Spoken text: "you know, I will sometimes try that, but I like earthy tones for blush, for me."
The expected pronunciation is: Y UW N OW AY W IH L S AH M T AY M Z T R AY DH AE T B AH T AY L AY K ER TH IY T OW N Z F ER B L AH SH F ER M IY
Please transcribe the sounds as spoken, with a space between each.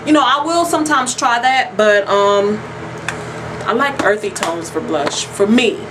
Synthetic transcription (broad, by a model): Y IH N OW AY W IH L S AH M T AY M Z T R AY DH AE T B AH T AY L AY K ER TH IY T OW N Z F ER B L AH SH F ER M IY